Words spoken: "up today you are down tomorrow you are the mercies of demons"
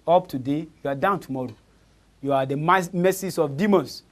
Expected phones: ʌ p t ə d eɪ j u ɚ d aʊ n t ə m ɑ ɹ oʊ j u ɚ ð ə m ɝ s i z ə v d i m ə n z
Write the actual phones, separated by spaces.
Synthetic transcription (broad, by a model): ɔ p t ə d eɪ j u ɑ d aʊ n t ə m ɑ ɹ oʊ j u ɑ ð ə m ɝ s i s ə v d i m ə n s